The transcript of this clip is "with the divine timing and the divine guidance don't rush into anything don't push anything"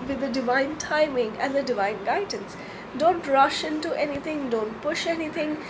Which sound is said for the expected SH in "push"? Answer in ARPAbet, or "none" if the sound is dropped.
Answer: SH